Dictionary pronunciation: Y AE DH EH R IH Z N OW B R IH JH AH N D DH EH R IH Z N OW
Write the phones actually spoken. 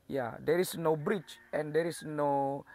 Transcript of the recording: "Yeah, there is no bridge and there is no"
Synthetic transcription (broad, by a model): Y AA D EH R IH S N OW B R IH CH AH N D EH R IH S N OW